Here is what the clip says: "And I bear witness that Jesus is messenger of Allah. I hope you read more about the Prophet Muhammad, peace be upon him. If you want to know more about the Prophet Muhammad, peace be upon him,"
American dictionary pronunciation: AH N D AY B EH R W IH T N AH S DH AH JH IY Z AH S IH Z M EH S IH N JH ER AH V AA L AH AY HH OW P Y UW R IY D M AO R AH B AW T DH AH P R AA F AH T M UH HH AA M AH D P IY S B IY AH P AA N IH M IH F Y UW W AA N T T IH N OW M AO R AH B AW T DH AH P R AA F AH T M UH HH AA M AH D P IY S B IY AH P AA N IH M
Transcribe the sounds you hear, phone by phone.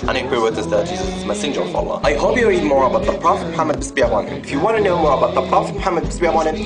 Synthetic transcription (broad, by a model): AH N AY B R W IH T AH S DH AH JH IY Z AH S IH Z M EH S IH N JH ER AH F AA L AH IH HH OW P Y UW R IY D M AO R AH B AW T DH AH P R AA F AH T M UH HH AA M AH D B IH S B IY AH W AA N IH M IH F Y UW W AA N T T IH N OW M AO R AH B AW T DH AH P R AA F AH T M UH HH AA M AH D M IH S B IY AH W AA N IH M